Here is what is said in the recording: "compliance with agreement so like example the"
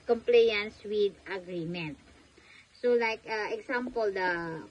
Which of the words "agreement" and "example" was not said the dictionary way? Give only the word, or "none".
example